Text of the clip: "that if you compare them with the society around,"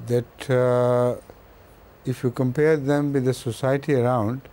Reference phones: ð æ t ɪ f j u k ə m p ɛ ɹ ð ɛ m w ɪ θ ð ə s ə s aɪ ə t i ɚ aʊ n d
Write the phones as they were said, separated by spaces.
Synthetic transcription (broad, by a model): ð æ t ɪ f j u k ə m p ɛ ɹ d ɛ m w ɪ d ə s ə s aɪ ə t i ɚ aʊ n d